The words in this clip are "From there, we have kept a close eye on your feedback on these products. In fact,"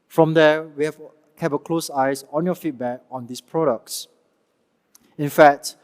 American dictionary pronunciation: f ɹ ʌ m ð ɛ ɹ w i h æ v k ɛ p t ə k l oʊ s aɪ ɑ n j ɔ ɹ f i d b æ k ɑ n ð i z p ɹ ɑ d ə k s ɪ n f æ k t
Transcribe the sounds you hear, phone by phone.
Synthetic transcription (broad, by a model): f ɹ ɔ m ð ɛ w i h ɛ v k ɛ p ə k l oʊ s aɪ ɑ n j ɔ f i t b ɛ k ɑ n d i s p ɹ ɑ d ə k s ɪ n f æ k t